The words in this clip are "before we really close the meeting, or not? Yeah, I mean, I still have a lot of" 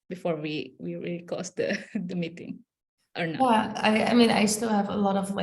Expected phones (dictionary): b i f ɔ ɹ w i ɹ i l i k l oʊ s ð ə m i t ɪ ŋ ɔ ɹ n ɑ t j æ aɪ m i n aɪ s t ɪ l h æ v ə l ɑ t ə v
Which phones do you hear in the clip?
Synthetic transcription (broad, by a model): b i f ɔ ɹ w i ɹ i l i k oʊ s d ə m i t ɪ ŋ ɔ ɹ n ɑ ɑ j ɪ aɪ m i n aɪ s t ɪ l h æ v ə l ɑ t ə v